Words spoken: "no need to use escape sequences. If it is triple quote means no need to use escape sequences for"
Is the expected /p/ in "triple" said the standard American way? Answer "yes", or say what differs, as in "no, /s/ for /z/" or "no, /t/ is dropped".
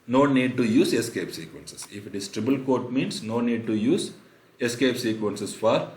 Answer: no, /b/ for /p/